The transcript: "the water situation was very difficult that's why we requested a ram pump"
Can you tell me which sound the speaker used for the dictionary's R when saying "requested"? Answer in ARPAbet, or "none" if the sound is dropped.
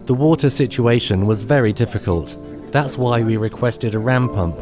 R